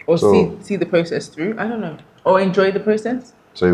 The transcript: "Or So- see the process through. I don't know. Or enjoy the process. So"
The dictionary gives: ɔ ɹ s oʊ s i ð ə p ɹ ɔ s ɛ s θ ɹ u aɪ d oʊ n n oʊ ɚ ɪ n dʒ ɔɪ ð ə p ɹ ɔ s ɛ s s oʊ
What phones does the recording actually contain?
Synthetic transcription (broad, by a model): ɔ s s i s i ð ə p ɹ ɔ s ɛ s θ ɹ u aɪ d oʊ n n oʊ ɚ ɪ n dʒ ɔɪ ð ə p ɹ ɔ s ɛ s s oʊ